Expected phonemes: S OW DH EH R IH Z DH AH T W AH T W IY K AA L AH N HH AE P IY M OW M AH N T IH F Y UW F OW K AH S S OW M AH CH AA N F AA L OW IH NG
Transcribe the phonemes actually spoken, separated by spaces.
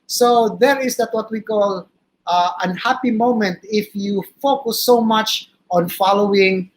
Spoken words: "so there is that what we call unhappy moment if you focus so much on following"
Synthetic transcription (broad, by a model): S OW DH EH R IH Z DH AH T W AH T W IY K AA L AH N HH AE P IY M OW M AH N T IH F Y UW F OW K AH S S OW M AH CH AA N F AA L OW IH NG